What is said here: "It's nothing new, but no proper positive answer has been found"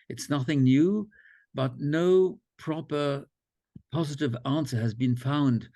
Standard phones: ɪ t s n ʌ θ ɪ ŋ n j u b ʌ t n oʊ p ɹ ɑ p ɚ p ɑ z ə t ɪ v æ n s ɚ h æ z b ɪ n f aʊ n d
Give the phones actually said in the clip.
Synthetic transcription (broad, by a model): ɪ t s n ʌ θ ɪ ŋ n j u b ʌ t n oʊ p ɹ ɑ p ɚ p ɑ z ə t ɪ v æ n s ɚ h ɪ z b ɪ n f aʊ n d